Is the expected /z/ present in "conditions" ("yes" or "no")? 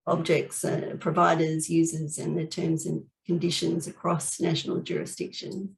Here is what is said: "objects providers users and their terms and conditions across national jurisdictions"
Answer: yes